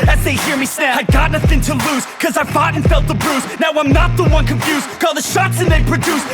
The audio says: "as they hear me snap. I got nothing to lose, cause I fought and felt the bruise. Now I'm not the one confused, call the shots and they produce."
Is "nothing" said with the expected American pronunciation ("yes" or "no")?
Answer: yes